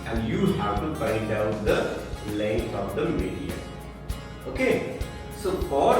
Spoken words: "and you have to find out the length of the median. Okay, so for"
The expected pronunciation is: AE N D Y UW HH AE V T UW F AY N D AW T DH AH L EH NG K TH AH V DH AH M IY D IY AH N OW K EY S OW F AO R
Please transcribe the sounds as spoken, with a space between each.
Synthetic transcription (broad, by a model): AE N D Y UW HH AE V T UW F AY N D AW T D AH L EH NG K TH AH V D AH M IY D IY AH OW K EY S OW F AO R